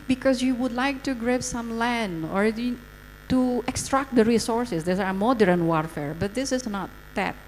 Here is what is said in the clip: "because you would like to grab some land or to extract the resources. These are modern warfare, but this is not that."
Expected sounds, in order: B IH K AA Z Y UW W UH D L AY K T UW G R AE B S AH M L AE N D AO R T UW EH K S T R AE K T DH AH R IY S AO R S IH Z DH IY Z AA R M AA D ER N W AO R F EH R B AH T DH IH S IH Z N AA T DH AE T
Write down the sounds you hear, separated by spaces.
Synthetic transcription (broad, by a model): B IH K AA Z Y UW W UH D L AY K T UW G R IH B S AH M L AE N D AO R T UW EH K S T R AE K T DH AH R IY S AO R S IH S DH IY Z AA R M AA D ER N W AO R F EH R B AH T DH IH S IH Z N AA T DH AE T